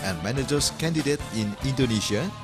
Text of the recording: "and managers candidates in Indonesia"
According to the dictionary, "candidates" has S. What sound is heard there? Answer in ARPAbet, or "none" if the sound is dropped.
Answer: none